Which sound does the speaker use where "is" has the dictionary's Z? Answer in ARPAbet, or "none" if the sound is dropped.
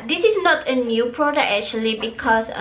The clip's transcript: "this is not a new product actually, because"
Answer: S